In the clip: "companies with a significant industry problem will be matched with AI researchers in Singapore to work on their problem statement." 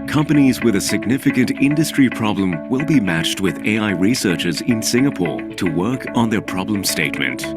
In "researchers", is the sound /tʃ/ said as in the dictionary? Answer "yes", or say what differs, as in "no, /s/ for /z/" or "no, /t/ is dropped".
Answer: yes